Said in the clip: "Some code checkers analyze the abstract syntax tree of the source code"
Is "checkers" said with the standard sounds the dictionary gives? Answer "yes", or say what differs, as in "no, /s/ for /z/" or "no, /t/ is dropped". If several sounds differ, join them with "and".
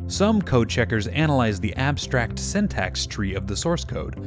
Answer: yes